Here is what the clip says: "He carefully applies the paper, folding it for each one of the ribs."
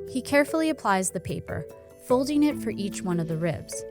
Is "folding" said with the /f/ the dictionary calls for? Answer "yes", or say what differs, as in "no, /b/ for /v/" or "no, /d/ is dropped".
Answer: yes